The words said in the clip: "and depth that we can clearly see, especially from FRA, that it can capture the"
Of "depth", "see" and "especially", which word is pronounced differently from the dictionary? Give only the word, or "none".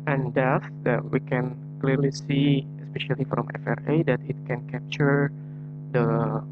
depth